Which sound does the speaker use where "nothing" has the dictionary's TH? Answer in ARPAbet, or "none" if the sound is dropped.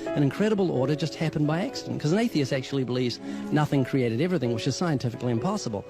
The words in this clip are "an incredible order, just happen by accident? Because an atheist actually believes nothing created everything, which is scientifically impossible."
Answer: TH